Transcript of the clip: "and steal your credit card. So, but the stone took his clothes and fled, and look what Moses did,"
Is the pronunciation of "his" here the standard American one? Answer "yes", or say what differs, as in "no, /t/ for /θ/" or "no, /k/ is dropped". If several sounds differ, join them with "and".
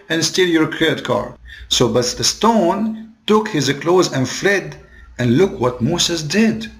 yes